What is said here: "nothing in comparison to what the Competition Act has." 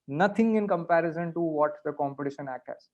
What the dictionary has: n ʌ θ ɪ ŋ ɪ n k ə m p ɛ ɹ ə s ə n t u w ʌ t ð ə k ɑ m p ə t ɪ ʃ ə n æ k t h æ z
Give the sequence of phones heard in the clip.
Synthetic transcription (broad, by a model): n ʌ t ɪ ŋ ɪ n k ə m p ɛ ɹ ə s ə n t u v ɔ t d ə k ɑ m p ə t ɪ ʃ ə n æ k t h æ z